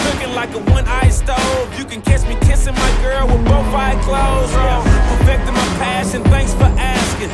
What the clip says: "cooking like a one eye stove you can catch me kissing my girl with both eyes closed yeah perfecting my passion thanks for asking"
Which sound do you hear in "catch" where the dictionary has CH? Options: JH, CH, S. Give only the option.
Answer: S